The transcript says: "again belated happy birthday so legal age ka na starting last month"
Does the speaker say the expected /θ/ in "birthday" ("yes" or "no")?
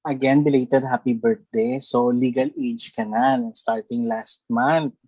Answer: no